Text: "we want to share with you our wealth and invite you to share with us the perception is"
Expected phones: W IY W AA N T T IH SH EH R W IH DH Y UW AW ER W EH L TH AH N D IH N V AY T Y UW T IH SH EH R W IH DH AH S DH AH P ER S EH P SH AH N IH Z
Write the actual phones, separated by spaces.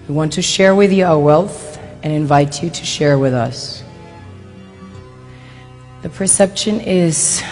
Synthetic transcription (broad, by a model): W IY W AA N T T IH SH EH R W IH DH Y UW AW ER W EH L TH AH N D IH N V AY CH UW T IH SH EH R W IH DH AH S DH AH P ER S EH P SH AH N IH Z